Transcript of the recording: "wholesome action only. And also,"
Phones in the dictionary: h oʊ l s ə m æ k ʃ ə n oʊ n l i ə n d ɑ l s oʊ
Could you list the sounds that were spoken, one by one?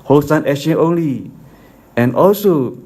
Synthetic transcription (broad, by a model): h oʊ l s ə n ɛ ʃ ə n oʊ n l i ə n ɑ l s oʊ